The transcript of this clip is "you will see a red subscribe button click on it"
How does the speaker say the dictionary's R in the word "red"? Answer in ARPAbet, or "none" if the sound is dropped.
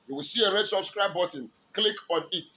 R